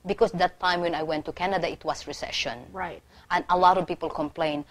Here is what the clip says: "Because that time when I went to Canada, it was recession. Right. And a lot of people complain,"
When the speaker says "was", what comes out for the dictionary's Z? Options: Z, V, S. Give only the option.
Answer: S